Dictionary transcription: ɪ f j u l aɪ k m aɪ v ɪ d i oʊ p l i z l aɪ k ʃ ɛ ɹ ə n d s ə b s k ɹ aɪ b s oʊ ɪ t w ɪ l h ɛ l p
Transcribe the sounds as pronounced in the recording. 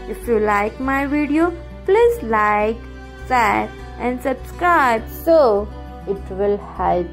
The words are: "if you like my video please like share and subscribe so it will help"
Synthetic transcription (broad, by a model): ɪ f j u l aɪ k m aɪ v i d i oʊ p l i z l aɪ k s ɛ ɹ ə n d s ə b s k ɹ aɪ b s oʊ ɪ t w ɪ l h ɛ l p